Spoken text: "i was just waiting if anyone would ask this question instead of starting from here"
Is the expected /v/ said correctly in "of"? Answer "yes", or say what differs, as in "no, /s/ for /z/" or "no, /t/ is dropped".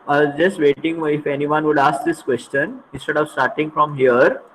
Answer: yes